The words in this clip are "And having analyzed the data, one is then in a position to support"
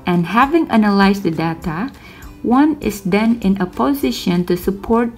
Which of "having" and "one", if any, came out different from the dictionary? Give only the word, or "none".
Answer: none